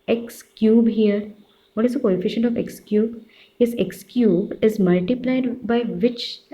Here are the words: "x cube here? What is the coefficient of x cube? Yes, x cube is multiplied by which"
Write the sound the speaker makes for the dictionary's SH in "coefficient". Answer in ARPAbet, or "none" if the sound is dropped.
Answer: SH